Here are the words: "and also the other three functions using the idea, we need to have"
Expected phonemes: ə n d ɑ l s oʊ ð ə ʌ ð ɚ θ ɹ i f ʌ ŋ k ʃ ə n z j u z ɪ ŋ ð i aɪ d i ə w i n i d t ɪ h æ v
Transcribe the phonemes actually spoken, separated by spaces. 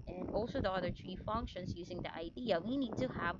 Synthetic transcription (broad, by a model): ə n ɑ l s oʊ ð ə ʌ ð ɚ t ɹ i f ʌ ŋ k ʃ ə n z j u z ɪ ŋ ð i aɪ d i ə w i n i d t ɪ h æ v